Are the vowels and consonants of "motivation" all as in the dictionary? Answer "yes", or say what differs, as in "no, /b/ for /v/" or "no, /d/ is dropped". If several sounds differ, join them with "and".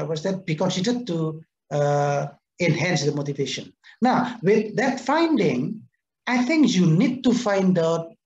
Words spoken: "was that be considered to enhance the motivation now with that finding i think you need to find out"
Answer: yes